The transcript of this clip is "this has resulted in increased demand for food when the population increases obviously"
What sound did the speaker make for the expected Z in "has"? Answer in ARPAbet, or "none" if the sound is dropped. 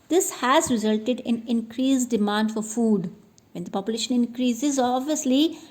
Z